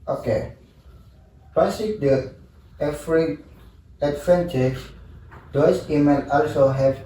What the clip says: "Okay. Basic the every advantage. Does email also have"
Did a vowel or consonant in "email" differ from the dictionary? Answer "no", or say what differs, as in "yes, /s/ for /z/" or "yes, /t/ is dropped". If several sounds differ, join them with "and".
yes, /n/ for /l/